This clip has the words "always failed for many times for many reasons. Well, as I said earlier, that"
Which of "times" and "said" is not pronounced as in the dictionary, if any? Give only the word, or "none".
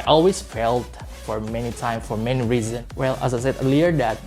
times